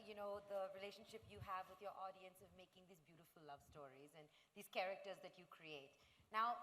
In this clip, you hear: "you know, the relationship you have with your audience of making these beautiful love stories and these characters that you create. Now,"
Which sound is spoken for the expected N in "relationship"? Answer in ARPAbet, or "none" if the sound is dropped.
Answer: N